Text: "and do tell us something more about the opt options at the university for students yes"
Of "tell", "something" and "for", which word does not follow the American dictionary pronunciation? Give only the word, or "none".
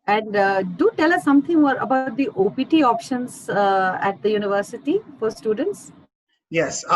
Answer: something